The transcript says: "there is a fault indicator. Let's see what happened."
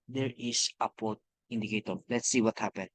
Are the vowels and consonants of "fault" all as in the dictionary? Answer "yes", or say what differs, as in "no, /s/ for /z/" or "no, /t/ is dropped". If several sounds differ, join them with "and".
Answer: no, /p/ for /f/ and /l/ is dropped